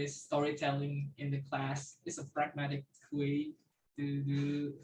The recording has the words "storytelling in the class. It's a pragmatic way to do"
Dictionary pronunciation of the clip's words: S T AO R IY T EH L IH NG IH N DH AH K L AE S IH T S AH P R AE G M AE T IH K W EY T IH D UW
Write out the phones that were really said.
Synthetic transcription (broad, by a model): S T AO R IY T EH L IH NG IH N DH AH K L AE S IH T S AH P R AE G M AE T IH K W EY T IH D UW